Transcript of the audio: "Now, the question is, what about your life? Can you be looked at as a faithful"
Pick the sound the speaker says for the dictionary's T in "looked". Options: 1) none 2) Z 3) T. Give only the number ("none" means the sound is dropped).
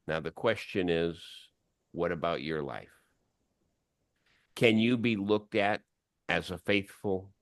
3